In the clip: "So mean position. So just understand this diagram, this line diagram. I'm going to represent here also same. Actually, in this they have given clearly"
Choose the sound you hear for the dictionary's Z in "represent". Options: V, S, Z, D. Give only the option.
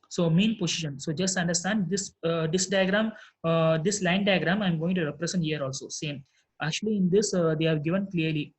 S